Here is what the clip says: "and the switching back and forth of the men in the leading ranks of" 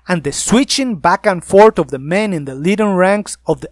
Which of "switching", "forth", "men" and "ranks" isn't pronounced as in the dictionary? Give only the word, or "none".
forth